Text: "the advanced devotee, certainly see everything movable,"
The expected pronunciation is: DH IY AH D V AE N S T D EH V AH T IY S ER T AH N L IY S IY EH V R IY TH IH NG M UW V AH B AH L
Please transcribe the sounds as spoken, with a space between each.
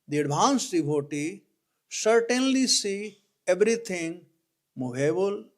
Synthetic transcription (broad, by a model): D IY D B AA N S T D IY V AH T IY S ER T AH N L IY S IY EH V R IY T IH NG M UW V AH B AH L